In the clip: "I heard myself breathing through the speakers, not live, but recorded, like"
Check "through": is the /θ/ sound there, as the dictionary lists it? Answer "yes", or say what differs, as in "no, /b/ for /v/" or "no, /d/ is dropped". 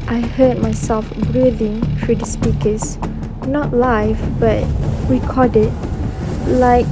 no, /f/ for /θ/